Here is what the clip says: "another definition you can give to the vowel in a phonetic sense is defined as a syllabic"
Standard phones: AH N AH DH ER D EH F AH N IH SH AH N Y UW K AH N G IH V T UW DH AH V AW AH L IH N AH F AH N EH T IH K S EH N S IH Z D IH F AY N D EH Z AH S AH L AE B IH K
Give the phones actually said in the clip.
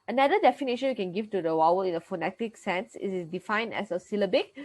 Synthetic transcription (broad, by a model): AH N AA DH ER D EH F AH N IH SH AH N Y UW K AH N G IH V T UW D AH W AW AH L IH N AH F AH N EH T IH K S EH N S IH S D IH F AY N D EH S AH S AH L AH B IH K